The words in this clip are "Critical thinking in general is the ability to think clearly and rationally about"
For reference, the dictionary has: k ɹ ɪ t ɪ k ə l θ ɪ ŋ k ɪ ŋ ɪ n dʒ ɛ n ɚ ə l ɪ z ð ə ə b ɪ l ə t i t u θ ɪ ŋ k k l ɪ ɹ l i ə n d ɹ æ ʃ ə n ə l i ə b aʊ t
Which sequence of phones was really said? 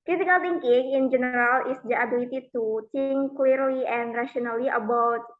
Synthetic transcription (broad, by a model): k ɹ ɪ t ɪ k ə l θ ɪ ŋ k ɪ ŋ ɪ n dʒ ɛ n ɚ ə l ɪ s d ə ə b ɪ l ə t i t u t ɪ ŋ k k l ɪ ɹ l i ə n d ɹ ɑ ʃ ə n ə l i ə b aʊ t